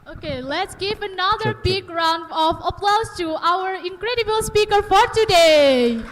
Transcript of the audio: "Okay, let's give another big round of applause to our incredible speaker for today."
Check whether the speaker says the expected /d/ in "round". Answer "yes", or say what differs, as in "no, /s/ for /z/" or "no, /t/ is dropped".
yes